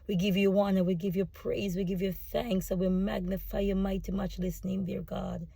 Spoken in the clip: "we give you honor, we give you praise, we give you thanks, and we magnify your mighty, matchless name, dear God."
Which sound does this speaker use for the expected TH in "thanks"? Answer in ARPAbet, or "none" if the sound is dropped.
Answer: TH